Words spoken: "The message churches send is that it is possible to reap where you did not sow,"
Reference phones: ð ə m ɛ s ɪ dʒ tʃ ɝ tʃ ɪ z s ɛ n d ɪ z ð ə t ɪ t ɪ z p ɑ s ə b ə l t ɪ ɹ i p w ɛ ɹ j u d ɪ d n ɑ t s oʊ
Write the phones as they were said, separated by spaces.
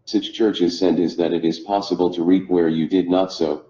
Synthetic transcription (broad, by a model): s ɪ tʃ tʃ ɝ tʃ ɪ z s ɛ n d ɪ z ð ə t ɪ t ɪ z p ɑ s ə b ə l t ɪ ɹ i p w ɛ ɹ j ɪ d ɪ d n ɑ t s oʊ